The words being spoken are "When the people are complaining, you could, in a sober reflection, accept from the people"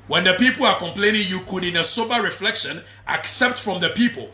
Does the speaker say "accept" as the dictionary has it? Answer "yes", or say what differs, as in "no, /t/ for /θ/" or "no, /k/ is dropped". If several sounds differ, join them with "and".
yes